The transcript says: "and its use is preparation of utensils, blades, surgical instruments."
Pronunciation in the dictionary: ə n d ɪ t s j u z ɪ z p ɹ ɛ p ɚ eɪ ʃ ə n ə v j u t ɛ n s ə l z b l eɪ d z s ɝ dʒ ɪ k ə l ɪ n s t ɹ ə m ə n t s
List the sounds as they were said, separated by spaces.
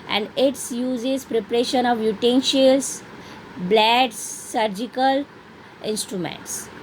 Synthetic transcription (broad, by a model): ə n d ɪ t s j u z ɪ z p ɹ ɛ p ɚ eɪ ʃ ə n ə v j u t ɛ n ʃ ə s b l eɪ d s ɝ dʒ ɪ k ə l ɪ n s t ɹ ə m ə n t s